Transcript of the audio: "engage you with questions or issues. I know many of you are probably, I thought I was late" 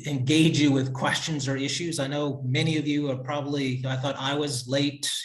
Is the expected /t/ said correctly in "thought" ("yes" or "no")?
yes